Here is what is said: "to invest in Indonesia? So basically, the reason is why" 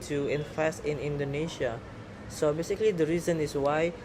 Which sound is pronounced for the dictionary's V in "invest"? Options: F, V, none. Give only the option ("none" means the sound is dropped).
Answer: F